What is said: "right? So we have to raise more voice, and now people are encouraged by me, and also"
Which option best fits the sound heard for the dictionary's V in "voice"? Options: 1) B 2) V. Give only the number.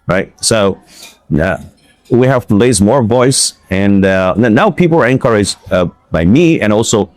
2